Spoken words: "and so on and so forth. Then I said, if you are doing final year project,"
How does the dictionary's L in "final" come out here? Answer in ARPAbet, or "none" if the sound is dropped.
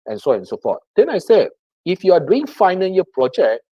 N